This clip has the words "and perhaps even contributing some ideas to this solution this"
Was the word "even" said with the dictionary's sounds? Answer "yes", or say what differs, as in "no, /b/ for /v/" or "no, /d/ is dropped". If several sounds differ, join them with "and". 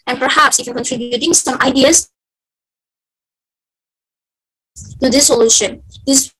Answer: no, /f/ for /v/